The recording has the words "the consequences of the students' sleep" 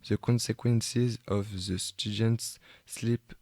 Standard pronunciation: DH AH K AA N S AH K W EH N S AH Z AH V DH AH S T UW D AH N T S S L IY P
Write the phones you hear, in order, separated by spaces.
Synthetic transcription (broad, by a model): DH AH K AA N S AH K W EH N S AH Z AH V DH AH S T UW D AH N T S S L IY P